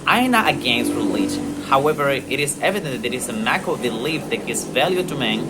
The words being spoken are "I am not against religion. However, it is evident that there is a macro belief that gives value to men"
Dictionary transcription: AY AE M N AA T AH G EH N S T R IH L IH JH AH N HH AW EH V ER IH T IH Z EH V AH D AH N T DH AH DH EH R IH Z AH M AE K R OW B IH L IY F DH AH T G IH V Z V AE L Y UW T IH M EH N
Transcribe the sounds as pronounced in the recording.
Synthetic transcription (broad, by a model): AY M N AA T AH G EH N S T R IH L IH JH AH N HH AW EH V ER IH T IH Z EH V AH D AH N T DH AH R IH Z AH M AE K OW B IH L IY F DH AH T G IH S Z V AE L Y UW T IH M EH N